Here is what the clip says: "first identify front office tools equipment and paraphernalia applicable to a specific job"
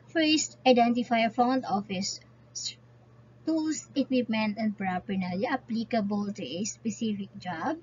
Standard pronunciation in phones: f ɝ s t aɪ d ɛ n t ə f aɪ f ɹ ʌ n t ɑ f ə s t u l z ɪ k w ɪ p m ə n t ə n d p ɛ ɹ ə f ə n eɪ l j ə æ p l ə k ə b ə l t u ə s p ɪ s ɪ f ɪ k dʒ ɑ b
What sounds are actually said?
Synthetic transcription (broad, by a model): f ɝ s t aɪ d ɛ n t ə f aɪ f ɔ n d ɑ f ə s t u l s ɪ k w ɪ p m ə n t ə n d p ɹ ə p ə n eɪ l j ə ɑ p l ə k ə b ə l t u ə s p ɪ s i f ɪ k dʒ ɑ b